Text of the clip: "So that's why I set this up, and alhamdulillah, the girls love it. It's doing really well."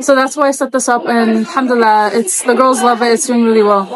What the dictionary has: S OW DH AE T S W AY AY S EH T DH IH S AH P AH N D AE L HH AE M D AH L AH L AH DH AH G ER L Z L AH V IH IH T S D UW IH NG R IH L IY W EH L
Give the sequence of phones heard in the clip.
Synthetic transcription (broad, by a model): S OW DH AE T S W AY AY S EH T DH IH S AH P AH N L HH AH M D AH L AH AH DH AH G ER L Z L AH V IH IH T S D UW IH NG R IH L IY W EH L